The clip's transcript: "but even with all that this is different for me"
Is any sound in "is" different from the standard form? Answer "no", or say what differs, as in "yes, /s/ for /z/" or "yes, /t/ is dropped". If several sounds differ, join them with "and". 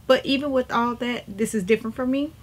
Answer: no